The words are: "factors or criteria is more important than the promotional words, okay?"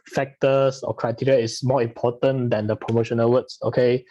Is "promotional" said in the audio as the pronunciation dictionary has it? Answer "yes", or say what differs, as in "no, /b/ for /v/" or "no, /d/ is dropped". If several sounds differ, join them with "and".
yes